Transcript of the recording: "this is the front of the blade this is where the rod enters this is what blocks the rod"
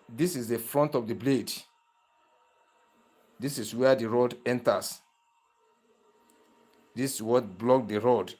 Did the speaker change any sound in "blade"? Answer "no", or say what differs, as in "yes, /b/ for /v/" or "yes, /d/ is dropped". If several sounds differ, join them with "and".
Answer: no